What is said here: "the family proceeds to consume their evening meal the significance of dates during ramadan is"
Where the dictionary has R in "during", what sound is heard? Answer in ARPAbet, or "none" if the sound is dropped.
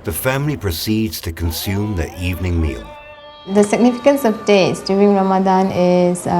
none